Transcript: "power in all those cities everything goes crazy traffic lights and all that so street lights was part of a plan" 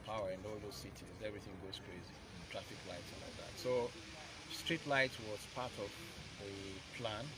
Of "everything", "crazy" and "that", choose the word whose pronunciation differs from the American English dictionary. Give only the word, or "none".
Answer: none